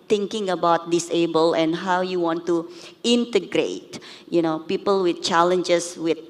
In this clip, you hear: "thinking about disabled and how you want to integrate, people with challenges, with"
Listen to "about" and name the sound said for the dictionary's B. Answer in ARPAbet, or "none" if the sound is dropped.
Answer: B